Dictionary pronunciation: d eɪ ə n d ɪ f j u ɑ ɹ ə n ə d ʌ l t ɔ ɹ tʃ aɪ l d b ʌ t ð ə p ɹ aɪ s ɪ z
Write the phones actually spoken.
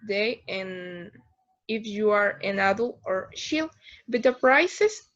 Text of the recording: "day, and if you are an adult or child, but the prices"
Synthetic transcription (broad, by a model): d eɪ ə n ɪ f j u ɑ ɹ ə n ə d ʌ l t ɔ ɹ ʃ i l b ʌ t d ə p ɹ aɪ s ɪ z